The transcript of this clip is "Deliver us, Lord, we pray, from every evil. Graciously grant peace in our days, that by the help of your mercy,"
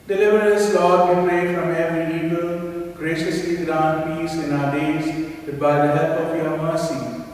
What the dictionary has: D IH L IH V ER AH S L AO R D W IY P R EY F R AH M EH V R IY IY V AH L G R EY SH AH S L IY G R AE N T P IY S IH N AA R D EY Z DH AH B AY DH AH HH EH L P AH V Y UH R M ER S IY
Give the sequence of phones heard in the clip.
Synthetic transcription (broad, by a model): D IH L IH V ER AH S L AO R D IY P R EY F R AH M EH V R IY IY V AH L G R EY SH AH S L IY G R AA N P IY S IH N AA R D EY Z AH B AY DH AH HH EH P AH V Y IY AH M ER S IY